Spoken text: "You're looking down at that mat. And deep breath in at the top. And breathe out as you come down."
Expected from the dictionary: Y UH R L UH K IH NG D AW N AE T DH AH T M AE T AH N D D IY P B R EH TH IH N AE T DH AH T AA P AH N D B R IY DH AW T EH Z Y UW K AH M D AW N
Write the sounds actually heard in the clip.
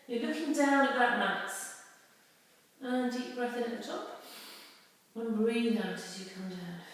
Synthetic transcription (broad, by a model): Y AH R L UH K IH NG D AW N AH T DH AH T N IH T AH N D D IY P B R EH TH IH N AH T DH AH T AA P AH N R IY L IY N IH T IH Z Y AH K AH M D AW N